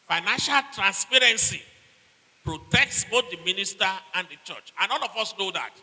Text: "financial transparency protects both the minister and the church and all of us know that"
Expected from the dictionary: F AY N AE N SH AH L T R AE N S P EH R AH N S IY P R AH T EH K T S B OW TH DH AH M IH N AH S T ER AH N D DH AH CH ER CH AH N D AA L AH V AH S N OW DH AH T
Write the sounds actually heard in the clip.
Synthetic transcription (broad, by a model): F AY N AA N SH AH L T R AE N S P EH R AH N S IY P R AH T EH K T S B OW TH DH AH M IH N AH S T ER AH N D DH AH CH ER CH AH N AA N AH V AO S N OW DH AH T